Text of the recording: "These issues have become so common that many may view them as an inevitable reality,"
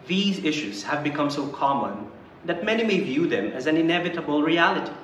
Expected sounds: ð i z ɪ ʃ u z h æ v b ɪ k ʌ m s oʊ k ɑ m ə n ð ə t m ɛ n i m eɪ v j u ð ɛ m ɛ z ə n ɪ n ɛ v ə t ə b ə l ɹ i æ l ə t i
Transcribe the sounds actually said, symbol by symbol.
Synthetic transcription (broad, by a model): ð i z ɪ ʃ u z h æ v b ɪ k ʌ m s oʊ k ɑ m ə n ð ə t m ɛ n i m eɪ v j u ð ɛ m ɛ z ə n ɪ n ɛ v ə t ə b ə l ɹ i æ l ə t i